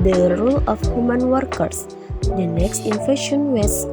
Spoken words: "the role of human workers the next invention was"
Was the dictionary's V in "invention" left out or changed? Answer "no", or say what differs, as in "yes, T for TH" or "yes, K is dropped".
yes, F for V